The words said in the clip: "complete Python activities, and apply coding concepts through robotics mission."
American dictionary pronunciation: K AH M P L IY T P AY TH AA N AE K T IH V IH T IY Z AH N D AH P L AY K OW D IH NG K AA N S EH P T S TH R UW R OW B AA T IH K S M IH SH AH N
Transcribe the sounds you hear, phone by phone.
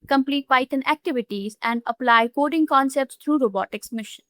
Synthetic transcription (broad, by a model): K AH M P L IY T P AY T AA N AE K T IH V IH T IY Z AH N D AH P L AY K OW D IH NG K AA N S EH P T S T R UW R OW B AA T IH K S M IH SH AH N